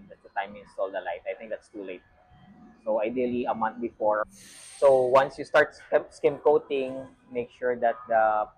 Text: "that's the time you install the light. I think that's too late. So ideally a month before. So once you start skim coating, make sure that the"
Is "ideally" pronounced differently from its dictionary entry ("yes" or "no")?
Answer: no